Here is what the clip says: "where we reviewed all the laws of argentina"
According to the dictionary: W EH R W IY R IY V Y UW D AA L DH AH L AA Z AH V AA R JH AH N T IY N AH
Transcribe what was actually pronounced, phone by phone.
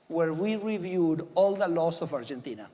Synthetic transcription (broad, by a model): W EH R W IY R IY V Y UW D AA L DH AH L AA S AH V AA R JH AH N T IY N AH